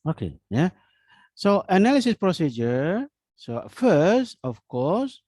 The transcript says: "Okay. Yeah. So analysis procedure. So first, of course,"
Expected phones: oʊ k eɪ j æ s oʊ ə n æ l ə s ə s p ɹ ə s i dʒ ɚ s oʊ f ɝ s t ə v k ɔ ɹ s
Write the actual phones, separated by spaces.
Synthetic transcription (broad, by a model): oʊ k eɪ j æ s oʊ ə n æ l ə s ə s p ɹ ə s i dʒ ɚ s oʊ f ɝ s t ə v k ɔ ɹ s